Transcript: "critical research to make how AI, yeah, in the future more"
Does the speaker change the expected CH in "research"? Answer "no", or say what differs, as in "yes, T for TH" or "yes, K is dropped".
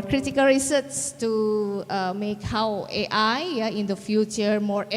yes, S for CH